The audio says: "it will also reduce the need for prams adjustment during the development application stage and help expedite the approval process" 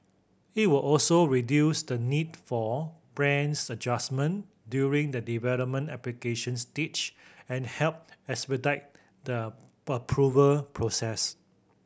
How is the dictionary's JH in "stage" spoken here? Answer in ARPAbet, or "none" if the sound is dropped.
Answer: CH